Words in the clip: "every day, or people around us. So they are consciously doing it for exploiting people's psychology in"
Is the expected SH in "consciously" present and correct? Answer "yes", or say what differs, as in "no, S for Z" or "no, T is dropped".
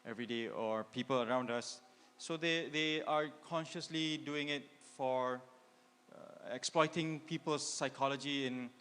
yes